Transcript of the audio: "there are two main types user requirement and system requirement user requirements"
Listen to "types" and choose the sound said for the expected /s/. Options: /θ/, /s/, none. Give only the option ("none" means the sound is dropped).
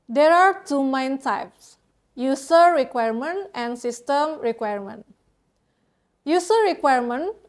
/s/